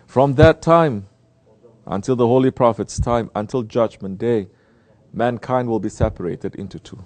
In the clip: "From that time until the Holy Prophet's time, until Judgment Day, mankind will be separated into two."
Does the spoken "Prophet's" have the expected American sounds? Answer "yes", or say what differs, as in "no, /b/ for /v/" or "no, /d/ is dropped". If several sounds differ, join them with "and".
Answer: yes